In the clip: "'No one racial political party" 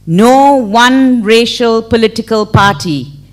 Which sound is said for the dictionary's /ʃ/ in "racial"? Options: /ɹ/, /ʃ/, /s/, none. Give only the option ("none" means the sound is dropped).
/ʃ/